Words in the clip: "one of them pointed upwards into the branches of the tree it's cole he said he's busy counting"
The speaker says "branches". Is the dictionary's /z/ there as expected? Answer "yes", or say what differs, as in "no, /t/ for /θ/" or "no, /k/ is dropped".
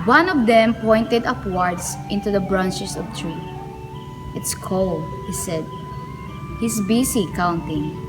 no, /s/ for /z/